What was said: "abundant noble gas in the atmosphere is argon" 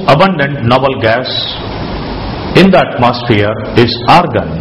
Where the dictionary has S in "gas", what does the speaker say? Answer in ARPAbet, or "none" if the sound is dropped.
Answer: S